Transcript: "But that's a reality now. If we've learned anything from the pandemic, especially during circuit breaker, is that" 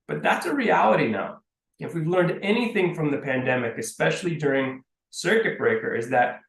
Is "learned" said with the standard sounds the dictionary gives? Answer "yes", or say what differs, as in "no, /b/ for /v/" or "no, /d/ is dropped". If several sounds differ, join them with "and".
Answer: yes